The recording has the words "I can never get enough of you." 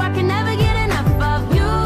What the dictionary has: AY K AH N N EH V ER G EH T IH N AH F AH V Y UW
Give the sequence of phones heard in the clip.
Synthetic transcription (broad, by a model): AY K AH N N EH V ER G EH T IH N AH F AH V Y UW